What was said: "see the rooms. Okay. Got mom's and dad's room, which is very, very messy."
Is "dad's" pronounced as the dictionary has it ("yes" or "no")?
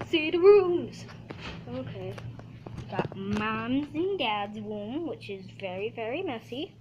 yes